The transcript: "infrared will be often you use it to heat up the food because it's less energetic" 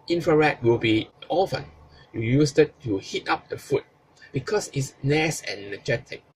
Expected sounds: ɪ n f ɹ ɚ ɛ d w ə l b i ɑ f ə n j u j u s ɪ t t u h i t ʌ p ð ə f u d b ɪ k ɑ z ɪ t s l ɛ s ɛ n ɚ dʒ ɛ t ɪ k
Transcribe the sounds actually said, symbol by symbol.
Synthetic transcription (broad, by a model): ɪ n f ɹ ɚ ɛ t w ə l b i ɑ f ə n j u j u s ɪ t t u h i t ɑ p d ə f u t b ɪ k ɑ s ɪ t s n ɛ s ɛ n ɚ dʒ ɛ t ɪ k